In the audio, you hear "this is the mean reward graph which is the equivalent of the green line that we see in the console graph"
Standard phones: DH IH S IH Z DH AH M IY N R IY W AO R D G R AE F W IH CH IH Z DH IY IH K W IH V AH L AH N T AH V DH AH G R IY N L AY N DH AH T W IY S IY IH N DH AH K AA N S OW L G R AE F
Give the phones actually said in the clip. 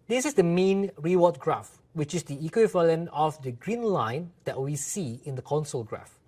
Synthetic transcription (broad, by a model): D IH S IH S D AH M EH N R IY W AO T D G R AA F W IH CH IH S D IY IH K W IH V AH L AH N AH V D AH G R IY N L AY N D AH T W IY S IY IH N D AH K AA N S OW L G R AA F